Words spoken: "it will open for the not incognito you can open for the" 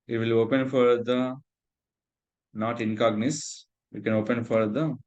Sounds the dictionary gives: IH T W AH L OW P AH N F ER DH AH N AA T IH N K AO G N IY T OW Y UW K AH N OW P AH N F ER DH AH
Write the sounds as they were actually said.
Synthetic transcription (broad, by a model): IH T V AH L OW P AH N F ER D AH N AA T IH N K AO G N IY S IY K AH N OW P AH N F ER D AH